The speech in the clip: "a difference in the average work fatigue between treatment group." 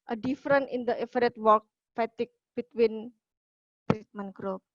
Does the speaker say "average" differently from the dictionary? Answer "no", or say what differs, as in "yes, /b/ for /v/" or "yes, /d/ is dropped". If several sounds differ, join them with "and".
yes, /f/ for /v/